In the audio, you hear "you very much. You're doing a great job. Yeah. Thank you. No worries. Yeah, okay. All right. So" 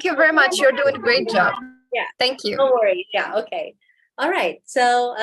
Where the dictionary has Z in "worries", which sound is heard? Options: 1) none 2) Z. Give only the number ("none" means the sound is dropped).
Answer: 1